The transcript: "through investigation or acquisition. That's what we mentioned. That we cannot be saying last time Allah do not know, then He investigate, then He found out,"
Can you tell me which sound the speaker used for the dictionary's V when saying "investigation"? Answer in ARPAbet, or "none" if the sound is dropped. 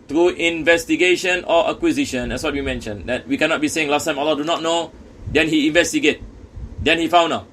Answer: V